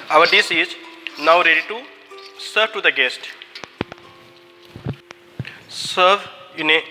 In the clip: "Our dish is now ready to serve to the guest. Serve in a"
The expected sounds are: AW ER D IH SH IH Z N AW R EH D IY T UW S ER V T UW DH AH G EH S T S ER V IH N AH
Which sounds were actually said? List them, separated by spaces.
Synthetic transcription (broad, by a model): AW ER D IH S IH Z N AW R EH D IY T UW S ER V T UW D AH G EH S T S ER V IH N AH